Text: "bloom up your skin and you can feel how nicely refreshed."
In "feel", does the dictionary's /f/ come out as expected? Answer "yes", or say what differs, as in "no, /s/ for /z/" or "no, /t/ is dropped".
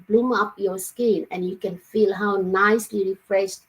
yes